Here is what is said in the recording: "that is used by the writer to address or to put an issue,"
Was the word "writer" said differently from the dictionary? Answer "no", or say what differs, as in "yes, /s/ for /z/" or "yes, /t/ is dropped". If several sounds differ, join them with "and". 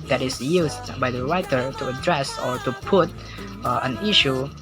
no